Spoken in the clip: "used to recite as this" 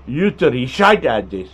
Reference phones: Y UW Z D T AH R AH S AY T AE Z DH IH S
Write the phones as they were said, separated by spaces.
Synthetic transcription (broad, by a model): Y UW T AH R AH SH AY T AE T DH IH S